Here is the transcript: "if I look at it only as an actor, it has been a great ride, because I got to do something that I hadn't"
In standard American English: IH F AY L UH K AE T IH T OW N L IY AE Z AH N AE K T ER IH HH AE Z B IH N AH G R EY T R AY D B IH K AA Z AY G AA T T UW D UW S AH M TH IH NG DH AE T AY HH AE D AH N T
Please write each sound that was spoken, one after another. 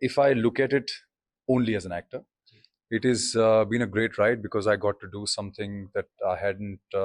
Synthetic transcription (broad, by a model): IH F AY L UH K AE T IH T OW N L IY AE Z AH N AE K T ER IH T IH Z B IH N AH G R EY T R AY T B IH K AA Z AY G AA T T UW D UW S AH M T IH NG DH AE T AY HH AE D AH N T